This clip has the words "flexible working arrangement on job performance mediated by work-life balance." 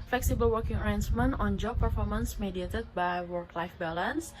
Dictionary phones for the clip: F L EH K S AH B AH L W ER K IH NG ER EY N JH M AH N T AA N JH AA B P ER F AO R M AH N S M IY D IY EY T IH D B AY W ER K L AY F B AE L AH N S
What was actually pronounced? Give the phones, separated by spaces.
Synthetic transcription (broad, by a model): F L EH K S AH B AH L W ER K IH NG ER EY N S M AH N AA N JH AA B P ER F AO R M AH N S M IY D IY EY T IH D B AY W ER K L AY F B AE L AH N S